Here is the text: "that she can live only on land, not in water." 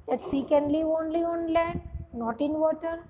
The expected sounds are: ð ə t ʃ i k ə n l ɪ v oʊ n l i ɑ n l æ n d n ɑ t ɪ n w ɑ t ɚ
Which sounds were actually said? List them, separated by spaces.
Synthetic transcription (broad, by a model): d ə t s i k ə n l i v oʊ n l i ɑ n l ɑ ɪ n ɑ t ɪ n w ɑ t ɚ